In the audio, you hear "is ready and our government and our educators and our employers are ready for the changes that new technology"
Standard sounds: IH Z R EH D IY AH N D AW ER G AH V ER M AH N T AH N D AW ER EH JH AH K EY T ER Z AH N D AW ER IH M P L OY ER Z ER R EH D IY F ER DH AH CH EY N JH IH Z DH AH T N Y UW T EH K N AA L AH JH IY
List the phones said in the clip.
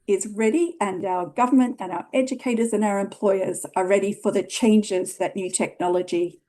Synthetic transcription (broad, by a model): IH Z R EH D IY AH N AW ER G AH V ER M AH N T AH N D AW ER EH JH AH K EY T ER Z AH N AW ER IH M P L OY ER Z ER R EH D IY F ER DH AH CH EY N JH IH Z DH AH T N Y UW T EH K N AA L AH JH IY